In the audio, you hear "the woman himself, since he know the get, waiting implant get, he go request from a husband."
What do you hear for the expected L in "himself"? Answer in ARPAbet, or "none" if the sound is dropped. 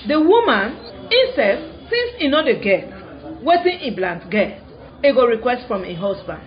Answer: none